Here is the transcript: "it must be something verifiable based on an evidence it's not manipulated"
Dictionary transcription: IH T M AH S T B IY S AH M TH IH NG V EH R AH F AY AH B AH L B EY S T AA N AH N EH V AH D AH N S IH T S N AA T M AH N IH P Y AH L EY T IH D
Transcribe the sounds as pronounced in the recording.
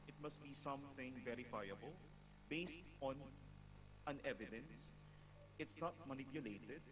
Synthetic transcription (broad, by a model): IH T M AH S T B IY S AH M TH IH NG V EH R AH F AY AH B AH L B EY S T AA N AH N EH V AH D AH N S IH T S N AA T M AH N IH P Y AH L EY T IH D